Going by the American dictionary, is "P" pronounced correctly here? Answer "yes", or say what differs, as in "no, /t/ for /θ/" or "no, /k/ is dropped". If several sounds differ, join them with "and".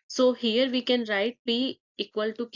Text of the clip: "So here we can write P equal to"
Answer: no, /b/ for /p/